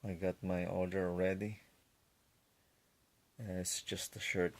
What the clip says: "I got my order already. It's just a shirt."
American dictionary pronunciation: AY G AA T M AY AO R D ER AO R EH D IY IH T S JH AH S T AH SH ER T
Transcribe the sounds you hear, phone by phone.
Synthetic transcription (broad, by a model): AY G AA T M AY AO L D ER AO R EH D IY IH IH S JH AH S T AH SH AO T